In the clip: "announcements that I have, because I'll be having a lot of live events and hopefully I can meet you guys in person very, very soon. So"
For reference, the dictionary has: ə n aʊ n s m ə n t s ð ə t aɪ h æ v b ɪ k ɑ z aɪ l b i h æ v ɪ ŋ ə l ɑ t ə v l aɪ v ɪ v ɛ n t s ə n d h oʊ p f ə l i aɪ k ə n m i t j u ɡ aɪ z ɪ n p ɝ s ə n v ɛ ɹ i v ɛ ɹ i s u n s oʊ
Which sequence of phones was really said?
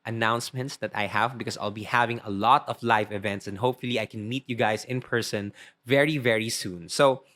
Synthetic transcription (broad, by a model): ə n aʊ n s m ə n t s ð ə t aɪ h æ v b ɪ k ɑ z aɪ l b i h æ v ɪ ŋ ə l ɑ t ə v l aɪ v ɪ v ɛ n t s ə n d h oʊ p f ə l i aɪ k ə n m i t j u ɡ aɪ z ɪ n p ɝ s ə n v ɛ ɹ i v ɛ ɹ i s u n s oʊ